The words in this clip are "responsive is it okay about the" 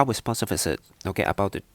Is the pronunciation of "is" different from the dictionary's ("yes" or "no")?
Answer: yes